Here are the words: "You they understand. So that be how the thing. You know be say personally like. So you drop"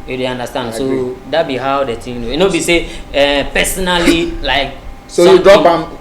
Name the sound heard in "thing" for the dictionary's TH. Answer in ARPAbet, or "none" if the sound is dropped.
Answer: T